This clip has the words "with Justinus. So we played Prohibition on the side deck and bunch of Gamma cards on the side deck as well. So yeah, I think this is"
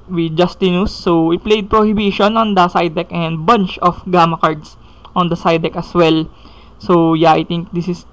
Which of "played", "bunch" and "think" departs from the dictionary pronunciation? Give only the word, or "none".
think